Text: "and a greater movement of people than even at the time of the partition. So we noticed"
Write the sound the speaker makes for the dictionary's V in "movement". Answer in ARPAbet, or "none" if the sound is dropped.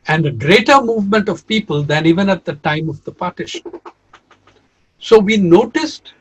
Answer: V